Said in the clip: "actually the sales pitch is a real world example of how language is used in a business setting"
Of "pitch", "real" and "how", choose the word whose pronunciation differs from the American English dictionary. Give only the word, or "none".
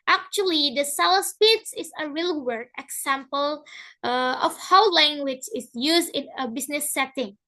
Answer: pitch